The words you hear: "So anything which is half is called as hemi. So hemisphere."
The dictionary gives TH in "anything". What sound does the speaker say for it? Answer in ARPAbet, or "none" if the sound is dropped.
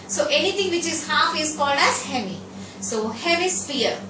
T